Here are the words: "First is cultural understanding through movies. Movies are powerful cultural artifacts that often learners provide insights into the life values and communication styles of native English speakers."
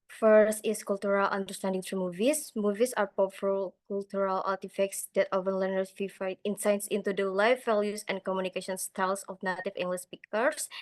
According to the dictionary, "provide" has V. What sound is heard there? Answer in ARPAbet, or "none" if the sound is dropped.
F